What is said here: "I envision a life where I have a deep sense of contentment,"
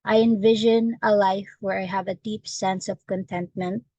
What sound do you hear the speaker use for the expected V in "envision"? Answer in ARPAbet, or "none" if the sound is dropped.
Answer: V